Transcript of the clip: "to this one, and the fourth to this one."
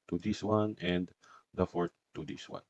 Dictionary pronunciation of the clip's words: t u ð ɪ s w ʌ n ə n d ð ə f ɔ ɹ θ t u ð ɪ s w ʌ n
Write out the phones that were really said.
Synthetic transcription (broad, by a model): t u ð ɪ s w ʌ n ə n d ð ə f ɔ ɹ t t u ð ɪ s w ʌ n